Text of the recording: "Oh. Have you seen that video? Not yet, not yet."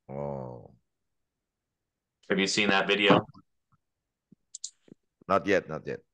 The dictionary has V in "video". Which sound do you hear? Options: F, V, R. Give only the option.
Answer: V